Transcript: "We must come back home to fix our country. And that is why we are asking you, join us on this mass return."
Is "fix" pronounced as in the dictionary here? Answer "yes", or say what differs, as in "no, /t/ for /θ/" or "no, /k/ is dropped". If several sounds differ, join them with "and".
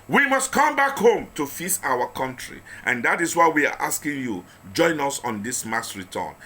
no, /k/ is dropped